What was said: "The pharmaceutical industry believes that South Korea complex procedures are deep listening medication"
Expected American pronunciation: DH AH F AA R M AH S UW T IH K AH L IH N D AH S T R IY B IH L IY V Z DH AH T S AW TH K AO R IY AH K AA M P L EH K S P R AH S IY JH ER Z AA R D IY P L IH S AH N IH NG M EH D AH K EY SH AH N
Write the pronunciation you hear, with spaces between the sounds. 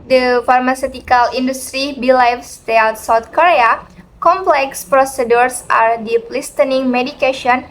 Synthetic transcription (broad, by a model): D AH F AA R M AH S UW T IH K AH L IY N D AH S T R IY B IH L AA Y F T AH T S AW T K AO R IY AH K AA M P L EH K S P R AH S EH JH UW S AA R D IY P L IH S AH N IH NG M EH D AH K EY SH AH N